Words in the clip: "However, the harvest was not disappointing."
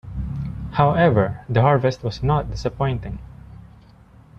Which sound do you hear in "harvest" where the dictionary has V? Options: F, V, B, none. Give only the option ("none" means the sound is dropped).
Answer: V